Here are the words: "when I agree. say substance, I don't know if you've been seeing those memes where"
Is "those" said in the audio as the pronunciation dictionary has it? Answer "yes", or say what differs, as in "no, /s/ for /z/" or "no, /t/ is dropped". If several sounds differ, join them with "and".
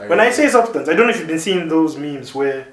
yes